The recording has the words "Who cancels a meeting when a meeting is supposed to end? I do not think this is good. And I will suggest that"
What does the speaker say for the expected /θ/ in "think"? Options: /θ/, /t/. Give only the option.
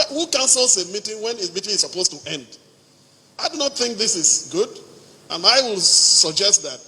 /θ/